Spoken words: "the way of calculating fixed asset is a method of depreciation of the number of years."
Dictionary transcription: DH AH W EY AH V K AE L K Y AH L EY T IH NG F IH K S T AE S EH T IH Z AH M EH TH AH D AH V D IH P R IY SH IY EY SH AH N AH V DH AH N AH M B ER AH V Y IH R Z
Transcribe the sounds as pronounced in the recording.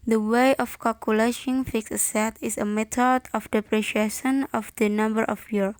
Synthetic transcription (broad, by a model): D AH W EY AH F K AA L K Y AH L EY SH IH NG F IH K S AH S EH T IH S AH M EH T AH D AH F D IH P R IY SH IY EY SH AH N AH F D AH N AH M B ER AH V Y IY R